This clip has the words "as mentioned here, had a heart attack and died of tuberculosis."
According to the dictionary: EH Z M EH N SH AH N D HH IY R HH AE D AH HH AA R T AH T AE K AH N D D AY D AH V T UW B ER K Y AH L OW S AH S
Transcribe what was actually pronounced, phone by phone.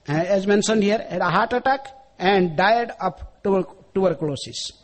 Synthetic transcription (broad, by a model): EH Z M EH N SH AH N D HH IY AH D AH HH AA R T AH T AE K AH N D D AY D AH P T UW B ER K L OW S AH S